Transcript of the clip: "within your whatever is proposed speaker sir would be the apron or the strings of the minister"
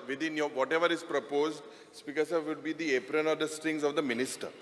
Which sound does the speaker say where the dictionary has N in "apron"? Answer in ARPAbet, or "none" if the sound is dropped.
N